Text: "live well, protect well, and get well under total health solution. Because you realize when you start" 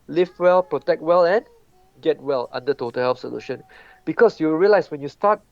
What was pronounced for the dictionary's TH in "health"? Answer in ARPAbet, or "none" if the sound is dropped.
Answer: F